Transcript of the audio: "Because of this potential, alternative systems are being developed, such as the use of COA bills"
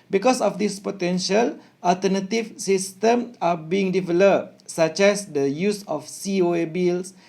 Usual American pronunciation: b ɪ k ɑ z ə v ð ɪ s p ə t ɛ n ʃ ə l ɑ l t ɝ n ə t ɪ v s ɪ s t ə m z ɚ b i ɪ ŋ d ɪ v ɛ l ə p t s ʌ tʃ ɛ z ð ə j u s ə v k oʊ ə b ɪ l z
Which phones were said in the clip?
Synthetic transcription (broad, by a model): b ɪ k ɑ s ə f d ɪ s p ə t ɛ n ʃ ə l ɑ l t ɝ n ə t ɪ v s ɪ s t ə m ɑ b i ɪ ŋ d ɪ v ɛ l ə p s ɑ tʃ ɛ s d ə j u s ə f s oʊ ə b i l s